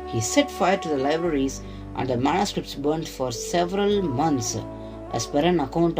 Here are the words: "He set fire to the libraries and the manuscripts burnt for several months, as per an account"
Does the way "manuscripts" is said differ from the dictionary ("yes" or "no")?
no